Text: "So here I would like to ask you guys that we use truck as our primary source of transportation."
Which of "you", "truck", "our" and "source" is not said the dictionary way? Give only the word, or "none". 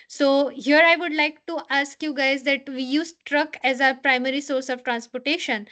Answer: none